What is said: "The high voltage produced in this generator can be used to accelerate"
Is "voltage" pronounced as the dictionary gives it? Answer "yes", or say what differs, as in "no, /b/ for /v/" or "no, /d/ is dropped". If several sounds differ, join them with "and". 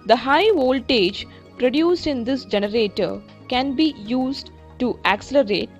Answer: yes